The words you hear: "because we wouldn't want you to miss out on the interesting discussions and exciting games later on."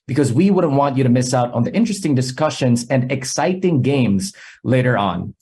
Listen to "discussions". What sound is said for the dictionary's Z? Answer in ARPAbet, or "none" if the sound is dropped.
Z